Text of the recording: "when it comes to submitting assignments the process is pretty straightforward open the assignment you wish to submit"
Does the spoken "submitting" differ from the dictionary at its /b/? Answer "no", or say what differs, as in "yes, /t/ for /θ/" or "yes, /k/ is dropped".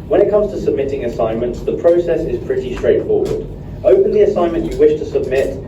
no